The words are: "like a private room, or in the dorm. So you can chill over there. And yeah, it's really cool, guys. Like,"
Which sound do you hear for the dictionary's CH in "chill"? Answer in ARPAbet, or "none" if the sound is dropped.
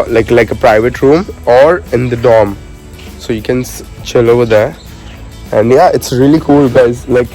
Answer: CH